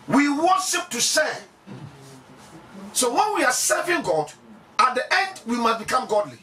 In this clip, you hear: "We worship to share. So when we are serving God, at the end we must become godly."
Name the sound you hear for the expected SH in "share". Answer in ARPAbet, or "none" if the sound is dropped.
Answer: S